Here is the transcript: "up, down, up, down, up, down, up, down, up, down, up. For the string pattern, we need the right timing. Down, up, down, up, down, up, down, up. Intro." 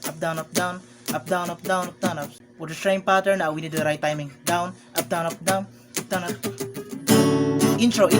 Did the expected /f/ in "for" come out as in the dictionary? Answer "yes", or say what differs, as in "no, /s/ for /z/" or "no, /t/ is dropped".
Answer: no, /p/ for /f/